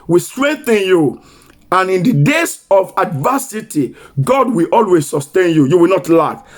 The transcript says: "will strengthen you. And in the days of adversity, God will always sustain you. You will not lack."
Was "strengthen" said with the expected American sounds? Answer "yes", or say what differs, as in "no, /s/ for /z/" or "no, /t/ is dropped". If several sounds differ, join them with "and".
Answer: yes